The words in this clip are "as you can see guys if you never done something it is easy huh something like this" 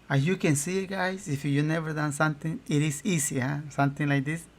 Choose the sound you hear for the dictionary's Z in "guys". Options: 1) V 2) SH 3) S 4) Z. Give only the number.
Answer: 3